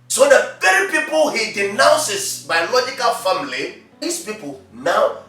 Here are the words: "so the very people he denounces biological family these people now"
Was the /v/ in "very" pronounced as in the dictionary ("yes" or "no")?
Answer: no